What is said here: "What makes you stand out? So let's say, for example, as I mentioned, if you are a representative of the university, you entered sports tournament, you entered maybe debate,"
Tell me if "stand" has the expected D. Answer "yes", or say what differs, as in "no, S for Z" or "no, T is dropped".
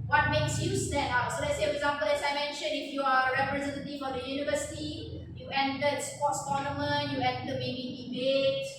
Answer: no, D is dropped